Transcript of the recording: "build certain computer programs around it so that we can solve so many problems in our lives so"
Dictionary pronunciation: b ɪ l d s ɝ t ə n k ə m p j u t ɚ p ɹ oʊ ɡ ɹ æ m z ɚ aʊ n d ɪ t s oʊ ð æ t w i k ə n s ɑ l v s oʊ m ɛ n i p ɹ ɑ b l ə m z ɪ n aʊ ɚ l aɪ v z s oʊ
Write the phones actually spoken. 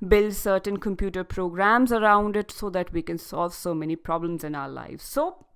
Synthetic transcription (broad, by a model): b ɪ l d s ɝ t ə n k ə m p j u t ɚ p ɹ oʊ ɡ ɹ æ m z ɚ aʊ n d ɪ t s oʊ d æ t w i k ə n s ɑ l v s oʊ m ɛ n i p ɹ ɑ b l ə m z ɪ n aʊ ɚ l aɪ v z s oʊ